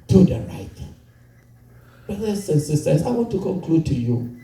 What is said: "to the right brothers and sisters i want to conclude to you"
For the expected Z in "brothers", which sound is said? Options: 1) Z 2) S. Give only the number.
2